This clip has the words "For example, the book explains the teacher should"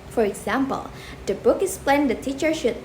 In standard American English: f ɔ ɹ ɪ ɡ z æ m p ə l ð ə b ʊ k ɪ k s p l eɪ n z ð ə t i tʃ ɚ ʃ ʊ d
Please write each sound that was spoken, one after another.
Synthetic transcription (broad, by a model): f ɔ ɹ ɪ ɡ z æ m p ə l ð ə b ʊ k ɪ s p l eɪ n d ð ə t i tʃ ɚ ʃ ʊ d